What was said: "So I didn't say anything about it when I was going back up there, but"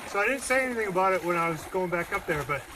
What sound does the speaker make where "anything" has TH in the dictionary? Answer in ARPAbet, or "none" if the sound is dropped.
TH